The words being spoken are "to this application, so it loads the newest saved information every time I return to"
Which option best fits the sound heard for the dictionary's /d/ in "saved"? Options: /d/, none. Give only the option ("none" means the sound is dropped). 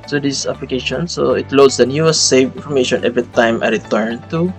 none